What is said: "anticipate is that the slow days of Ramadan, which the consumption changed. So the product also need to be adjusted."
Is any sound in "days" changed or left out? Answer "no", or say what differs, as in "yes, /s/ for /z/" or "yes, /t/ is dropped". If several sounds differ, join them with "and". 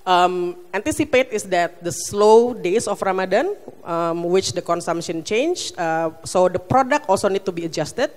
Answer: yes, /s/ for /z/